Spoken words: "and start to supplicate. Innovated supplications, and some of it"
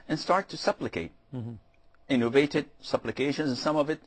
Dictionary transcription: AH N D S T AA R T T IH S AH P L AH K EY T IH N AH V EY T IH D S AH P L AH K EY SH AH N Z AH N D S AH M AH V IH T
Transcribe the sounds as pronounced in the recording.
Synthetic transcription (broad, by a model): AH N S T AA R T T IH S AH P L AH K EY T IH N AH V EY T IH D S AH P L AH K EY SH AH N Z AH N S AH M AH V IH T